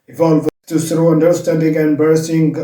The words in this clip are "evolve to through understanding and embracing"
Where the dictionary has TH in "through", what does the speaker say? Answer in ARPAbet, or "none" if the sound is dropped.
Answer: S